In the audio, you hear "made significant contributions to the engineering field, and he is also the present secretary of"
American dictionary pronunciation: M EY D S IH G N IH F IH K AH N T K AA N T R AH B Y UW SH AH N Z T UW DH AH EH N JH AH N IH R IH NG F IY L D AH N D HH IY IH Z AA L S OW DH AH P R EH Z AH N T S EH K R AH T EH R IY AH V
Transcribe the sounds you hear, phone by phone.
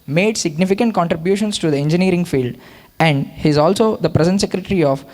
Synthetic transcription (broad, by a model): M EY D S IH G N IH F IH K AH N T K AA N T R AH B Y UW SH AH N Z T UW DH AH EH N JH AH N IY R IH NG F IY L D AH N D HH IY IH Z AA L S OW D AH P R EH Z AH N T S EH K R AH T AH R IY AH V